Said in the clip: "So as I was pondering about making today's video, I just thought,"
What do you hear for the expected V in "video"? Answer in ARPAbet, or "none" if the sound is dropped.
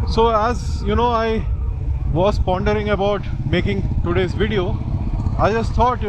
V